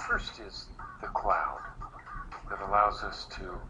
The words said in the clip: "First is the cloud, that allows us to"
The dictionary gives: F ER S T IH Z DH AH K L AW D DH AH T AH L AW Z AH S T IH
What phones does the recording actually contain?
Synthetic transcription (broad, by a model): F ER S T IH Z DH AH K L AW D DH AH T AH L AW Z AH S T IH